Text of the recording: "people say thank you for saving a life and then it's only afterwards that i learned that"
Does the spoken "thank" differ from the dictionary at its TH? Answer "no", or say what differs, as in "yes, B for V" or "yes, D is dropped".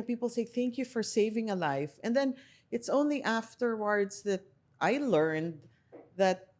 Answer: no